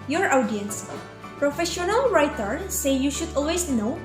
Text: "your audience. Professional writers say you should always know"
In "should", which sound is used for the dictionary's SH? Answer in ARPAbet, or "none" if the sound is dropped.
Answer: SH